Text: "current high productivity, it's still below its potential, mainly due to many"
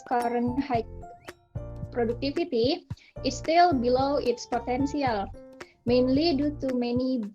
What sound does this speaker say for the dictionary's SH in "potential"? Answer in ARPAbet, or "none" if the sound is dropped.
S